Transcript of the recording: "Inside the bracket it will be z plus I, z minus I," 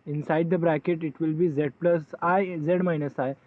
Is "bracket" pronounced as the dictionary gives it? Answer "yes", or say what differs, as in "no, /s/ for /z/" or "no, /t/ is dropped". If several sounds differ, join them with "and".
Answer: yes